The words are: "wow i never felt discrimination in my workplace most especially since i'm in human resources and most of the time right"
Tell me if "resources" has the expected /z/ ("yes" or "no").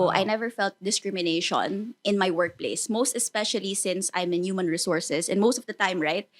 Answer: no